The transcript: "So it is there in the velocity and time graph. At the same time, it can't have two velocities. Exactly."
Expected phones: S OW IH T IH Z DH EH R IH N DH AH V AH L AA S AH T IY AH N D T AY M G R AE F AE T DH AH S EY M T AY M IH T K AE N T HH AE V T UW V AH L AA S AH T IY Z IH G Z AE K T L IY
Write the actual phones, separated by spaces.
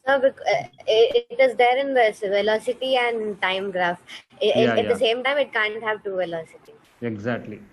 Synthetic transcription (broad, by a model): S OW IH T IH Z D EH R IH N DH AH V AH L AA S AH T IY AH N D T AY M G R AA F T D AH S EY M T AY M IH T K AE N T HH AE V T UW V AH L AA S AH T IY IH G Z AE K T L IY